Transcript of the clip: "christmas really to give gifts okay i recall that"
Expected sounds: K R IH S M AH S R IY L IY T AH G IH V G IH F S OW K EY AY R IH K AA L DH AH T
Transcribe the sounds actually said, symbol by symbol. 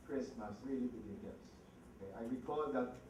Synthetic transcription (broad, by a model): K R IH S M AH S R IY L IY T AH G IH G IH S OW K EY AY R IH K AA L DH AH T